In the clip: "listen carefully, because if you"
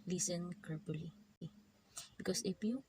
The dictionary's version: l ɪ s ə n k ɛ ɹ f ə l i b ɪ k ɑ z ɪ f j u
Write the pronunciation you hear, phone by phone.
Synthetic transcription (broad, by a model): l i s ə n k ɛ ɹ p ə l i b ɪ k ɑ s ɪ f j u